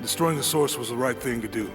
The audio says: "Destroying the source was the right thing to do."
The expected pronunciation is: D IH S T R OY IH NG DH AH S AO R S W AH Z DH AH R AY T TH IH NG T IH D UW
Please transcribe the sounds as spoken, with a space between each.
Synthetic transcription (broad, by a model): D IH S T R OY IH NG DH AH S AO R S W AH Z DH AH R AY T TH IH NG T IH D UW